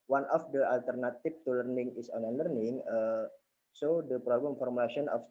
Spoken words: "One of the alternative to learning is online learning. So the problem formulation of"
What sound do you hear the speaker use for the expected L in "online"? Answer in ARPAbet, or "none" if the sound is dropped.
none